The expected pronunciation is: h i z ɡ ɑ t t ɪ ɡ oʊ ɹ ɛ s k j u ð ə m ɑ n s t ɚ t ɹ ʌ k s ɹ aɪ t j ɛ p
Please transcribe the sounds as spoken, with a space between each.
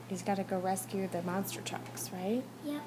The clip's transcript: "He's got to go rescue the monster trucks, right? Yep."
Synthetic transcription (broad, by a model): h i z ɡ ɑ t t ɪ ɡ oʊ ɹ ɛ s k j u ð ə m ɑ n s t ɚ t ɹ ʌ k s ɹ aɪ t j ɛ